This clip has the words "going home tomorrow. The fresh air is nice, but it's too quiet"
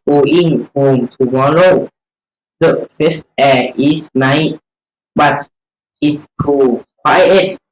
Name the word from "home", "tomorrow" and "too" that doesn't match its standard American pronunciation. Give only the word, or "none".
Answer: tomorrow